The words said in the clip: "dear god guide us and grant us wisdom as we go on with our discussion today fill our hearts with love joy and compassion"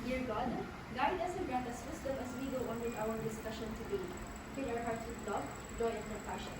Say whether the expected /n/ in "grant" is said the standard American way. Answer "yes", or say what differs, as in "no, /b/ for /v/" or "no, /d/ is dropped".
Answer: no, /n/ is dropped